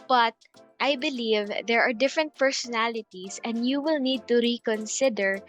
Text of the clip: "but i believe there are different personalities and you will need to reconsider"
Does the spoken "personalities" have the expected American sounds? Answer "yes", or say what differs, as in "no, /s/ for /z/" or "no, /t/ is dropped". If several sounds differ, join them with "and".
no, /s/ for /z/